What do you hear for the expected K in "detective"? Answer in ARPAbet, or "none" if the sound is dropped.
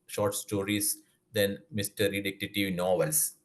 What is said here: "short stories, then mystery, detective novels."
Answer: none